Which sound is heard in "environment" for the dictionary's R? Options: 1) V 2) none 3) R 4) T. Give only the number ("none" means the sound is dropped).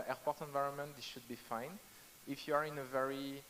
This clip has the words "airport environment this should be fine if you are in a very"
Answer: 3